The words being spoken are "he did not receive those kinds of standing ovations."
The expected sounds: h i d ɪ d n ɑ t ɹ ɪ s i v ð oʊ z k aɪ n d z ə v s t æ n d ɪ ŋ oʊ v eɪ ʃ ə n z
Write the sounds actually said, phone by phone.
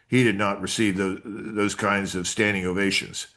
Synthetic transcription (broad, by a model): h i d ɪ d n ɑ t ɹ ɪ s i v ð oʊ z k aɪ n d z ə v s t æ n d ɪ ŋ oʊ v eɪ ʃ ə n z